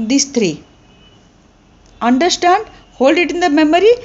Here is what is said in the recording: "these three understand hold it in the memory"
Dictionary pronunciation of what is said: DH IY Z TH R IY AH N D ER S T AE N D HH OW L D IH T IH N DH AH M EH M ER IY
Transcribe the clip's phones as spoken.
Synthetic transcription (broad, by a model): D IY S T R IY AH N D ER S T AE N D HH OW L D IH T IH N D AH M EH M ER IY